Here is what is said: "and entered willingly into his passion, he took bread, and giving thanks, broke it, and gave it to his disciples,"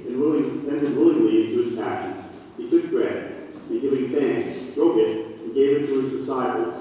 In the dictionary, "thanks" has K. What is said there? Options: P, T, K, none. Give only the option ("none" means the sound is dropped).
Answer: none